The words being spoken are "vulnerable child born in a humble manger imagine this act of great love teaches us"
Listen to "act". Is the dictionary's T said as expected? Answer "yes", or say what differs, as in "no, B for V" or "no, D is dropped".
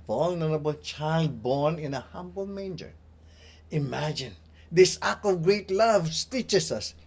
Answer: no, T is dropped